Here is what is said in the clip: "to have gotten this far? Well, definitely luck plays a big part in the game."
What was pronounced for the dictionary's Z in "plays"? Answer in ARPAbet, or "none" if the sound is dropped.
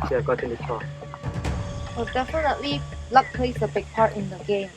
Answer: S